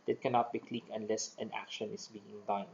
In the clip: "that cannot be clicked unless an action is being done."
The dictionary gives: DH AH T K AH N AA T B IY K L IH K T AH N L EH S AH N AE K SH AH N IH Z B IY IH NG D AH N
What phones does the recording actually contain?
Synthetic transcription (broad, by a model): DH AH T K AH N AA T B IY K L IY K AH N L EH S AH N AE K SH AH N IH S B IY IH NG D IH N